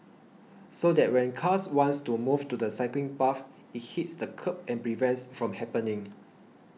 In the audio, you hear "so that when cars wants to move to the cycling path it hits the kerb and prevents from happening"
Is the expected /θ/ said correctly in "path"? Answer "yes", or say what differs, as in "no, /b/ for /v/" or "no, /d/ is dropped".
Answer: no, /f/ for /θ/